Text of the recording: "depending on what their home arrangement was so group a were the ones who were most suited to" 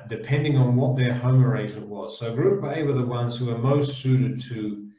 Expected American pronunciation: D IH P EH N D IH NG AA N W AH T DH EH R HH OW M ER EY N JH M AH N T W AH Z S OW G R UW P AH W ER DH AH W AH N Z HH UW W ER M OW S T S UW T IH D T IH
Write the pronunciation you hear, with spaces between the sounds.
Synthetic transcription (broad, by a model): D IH P EH N D IH NG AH N W AH T DH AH R HH OW M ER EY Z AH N W AH Z S OW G R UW B AH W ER DH AH W AH N Z HH UW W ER M OW S T S UW T IH D T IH